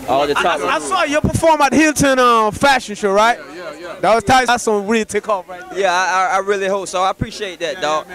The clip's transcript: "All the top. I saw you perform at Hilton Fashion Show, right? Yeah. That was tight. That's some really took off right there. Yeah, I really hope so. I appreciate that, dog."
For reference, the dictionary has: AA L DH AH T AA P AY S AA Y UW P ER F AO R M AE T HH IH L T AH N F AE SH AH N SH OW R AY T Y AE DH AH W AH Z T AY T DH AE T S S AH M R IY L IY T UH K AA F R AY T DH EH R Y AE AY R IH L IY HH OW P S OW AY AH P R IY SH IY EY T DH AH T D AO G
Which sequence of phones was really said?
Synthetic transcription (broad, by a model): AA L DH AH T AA AY S AA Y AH P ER F AO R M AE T HH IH L T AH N F AE SH AH N SH OW R AY T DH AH W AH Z T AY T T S S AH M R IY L T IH K AA F R AY T Y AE AY R IH L IY HH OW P S OW AY AH P R IY SH IY EY T DH AH T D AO